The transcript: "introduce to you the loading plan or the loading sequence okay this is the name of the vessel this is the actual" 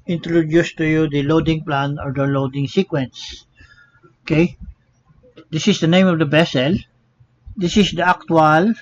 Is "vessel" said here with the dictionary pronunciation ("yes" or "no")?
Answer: no